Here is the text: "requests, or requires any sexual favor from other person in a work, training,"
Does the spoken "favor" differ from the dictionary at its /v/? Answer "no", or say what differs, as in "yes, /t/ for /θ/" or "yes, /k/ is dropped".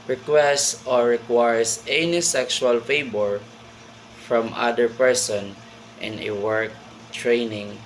yes, /b/ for /v/